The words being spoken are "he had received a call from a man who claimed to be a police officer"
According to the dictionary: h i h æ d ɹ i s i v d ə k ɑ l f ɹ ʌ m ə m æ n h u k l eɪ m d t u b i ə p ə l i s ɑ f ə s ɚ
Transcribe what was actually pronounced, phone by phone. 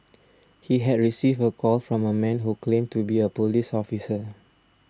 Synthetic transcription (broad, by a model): h i h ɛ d ɹ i s i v ə k ɑ l f ɹ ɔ m ə m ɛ n h u k l eɪ m t u b i ə p ə l i s ɑ f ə s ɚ